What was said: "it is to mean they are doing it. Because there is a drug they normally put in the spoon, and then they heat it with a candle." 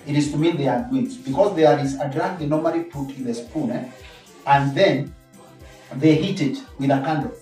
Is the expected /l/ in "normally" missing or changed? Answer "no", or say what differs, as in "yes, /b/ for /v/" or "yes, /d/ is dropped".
no